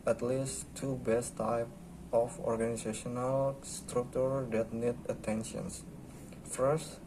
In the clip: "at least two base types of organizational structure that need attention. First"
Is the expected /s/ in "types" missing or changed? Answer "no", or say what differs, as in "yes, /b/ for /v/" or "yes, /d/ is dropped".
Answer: yes, /s/ is dropped